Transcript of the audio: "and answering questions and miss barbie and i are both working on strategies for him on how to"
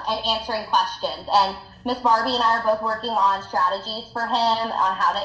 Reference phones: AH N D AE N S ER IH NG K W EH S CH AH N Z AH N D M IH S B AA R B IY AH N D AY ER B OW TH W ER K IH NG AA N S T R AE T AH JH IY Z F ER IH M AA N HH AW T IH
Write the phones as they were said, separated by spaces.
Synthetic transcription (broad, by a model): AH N AE N S ER IH NG K W EH S CH AH N Z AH N M IH S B AA R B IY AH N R ER B OW TH W ER K IH NG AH N S T R AE T AH JH IY Z F ER IH M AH N HH AW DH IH